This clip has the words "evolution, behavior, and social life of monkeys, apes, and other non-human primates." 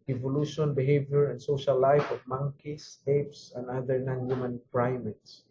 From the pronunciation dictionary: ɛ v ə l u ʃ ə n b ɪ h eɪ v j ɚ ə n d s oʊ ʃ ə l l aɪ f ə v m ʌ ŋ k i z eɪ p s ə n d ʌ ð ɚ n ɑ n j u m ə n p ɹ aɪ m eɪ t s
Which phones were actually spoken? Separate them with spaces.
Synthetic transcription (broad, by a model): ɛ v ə l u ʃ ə n b ɪ h eɪ v j ɚ ə n d s oʊ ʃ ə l l aɪ f ə v m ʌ ŋ k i s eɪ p s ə n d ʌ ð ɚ n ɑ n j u m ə n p ɹ aɪ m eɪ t s